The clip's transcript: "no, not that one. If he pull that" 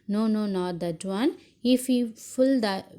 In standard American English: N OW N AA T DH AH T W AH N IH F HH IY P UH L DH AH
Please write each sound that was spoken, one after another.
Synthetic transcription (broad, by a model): N OW N AA T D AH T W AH N IH F HH IY F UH L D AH